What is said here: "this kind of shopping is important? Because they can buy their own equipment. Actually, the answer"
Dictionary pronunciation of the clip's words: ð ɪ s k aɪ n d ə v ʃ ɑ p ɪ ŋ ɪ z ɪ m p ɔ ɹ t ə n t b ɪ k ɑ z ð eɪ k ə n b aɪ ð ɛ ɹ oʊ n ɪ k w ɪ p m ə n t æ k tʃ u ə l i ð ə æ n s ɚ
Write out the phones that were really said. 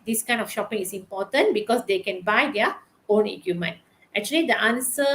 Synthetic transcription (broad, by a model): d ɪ s k aɪ n d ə f ʃ ɑ p ɪ ŋ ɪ s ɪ m p ɔ t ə n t b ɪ k ɑ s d eɪ k ə n b aɪ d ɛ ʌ oʊ n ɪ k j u m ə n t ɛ k tʃ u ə l i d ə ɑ n s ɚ